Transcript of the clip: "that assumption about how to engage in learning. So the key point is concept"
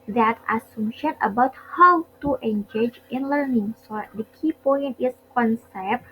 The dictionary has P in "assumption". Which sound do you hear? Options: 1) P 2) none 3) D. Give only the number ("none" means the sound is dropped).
2